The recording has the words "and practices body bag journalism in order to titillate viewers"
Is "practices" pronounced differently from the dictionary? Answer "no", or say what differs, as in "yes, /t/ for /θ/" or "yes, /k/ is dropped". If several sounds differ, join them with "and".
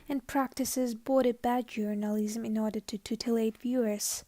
no